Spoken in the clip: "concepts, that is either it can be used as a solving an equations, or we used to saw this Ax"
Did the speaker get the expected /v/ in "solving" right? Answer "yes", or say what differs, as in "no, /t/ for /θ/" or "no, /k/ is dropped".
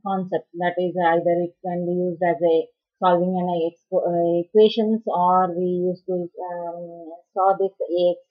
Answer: yes